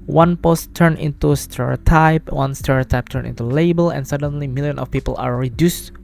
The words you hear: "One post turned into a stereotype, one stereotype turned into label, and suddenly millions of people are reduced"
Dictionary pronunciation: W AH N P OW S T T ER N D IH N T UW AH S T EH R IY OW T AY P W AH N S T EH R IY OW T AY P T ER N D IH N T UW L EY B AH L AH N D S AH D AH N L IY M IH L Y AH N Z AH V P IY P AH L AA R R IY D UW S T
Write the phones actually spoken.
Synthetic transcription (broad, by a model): W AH N P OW S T T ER N IH N T UW S T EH R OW T AY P W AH N S T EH R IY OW T AY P T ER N IH N T UW L EY B AH L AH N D S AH D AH N L IY M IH L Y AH N AH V P IY P AH L AA R R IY D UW S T